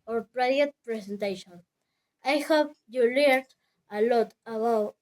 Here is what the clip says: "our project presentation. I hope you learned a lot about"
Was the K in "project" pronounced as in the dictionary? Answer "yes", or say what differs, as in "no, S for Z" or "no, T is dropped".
no, K is dropped